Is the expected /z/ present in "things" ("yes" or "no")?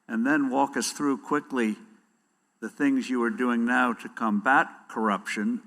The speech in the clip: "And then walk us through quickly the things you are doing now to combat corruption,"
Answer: yes